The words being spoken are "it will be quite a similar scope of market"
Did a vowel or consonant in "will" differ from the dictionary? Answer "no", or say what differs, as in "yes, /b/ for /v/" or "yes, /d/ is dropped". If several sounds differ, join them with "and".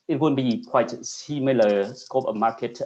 yes, /n/ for /l/